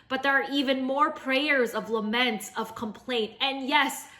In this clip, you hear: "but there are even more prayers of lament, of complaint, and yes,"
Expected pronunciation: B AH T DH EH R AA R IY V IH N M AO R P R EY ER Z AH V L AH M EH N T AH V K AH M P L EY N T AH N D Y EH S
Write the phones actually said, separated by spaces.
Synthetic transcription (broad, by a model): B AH T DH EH R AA R IY V IH N M AO R P R EY ER Z AH V L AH M EH N T AH V K AH M P L EY N T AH N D Y EH S